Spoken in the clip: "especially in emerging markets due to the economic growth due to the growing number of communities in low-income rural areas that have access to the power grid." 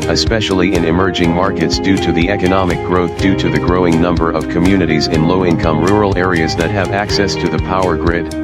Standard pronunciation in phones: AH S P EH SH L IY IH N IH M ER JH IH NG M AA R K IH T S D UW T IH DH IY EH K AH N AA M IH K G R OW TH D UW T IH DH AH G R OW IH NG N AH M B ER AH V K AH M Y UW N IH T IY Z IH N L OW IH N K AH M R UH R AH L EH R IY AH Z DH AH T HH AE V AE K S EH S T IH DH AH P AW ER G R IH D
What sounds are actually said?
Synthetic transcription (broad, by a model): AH S P EH SH L IY IH N IH M ER JH IH NG M AA R K IH T S D UW T IH DH IY EH K AH N AA M IH K G R OW TH D UW T IH DH AH G R OW IH NG N AH M B ER AH V K AH M Y UW N IH T IY Z IH N L OW IH N K AH M R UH R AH L EH R IY AH Z DH AH T HH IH V AE K S EH S T IH DH AH P AW ER G R IH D